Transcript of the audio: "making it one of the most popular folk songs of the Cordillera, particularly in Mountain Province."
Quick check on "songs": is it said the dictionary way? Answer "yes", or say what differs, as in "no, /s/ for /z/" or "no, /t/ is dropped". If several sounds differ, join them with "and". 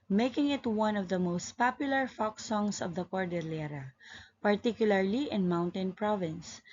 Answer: no, /s/ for /z/